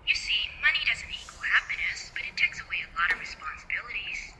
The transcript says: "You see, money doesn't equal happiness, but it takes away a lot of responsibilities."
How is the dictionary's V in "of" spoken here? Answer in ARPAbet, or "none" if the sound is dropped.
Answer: V